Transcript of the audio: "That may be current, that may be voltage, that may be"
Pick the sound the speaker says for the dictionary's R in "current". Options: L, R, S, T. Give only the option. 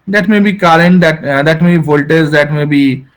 L